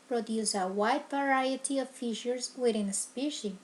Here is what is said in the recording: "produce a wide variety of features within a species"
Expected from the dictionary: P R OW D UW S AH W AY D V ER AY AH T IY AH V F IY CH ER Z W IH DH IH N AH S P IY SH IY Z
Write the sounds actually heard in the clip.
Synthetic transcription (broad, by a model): P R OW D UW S AH W AY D V ER AY AH T IY AH V F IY SH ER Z W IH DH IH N S P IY SH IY